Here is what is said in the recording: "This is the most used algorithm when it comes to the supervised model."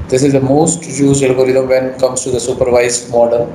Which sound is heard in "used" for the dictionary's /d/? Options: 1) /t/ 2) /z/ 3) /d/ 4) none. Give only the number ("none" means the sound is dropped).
4